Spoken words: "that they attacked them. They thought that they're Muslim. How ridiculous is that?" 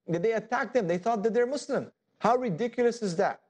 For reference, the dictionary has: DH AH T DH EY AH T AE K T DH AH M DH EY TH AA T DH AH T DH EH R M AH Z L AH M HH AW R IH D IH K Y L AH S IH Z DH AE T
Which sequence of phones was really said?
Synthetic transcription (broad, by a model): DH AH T DH EY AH T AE K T DH AH M DH EY TH AA T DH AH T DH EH R M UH S L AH M HH AW R IH D IH K Y L AH S IH Z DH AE T